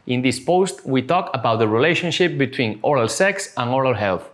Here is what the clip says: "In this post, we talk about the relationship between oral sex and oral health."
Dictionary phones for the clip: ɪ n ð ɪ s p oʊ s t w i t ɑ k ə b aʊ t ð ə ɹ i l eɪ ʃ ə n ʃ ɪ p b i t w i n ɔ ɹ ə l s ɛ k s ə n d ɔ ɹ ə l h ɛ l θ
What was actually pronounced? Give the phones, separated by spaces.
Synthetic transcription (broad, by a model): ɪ n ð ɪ s p oʊ s t w i t ɑ k ə b aʊ t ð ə ɹ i l eɪ ʃ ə n ʃ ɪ p b i t w i n ɔ ɹ ə l s ɛ k s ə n ɔ ɹ ə l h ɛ l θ